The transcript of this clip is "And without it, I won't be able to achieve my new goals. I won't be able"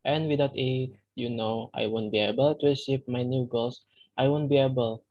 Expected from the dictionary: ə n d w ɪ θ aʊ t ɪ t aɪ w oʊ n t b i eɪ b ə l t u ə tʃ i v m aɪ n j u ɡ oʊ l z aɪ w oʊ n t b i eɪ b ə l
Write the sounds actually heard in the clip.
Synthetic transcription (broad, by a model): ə n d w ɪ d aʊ t ɪ t aɪ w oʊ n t b i eɪ b ə l t u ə s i p m aɪ n j u ɡ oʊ l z aɪ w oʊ n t b i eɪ b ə l